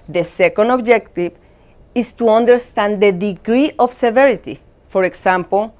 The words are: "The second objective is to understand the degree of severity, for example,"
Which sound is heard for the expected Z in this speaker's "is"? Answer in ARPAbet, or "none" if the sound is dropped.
S